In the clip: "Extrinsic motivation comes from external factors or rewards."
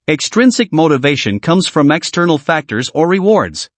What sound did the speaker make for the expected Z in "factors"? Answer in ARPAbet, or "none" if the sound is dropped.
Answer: Z